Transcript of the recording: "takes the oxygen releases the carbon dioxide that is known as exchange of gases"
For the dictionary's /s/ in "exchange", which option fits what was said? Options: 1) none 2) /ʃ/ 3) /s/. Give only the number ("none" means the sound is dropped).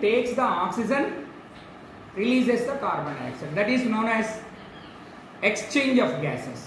3